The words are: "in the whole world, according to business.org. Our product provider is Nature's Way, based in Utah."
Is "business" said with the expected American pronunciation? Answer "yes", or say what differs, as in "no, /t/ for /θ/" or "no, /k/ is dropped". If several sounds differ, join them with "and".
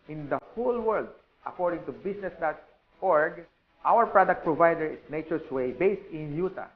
no, /s/ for /z/